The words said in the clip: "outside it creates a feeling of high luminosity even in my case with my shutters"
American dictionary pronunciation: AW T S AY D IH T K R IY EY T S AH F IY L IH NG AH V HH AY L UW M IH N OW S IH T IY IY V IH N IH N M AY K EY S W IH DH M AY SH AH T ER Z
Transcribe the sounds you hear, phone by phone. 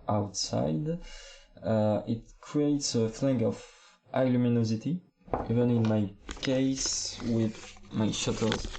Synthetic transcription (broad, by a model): AW T S AY D IH T K R IY EY T S AH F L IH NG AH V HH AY L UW M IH N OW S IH T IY IY V IH N IH N M AY K EY S W IH DH M AY SH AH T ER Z